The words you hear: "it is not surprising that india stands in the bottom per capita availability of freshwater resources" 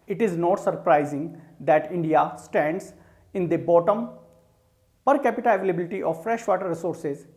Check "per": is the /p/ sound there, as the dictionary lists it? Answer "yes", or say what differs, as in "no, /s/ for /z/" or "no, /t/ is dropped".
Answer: yes